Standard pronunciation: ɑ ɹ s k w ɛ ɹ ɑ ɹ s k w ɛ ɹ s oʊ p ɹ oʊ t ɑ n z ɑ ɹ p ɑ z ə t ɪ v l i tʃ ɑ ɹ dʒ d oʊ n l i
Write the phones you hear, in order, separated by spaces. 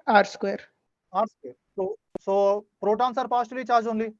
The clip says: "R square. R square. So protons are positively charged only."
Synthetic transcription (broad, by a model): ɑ ɹ s k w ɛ ɹ ɑ ɹ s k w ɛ ɹ s oʊ p ɹ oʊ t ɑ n s ɑ ɹ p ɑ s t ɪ l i tʃ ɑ ɹ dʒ oʊ n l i